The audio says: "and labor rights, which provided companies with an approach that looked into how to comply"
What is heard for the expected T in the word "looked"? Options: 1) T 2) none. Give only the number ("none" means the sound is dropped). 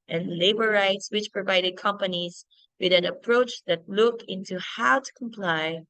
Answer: 2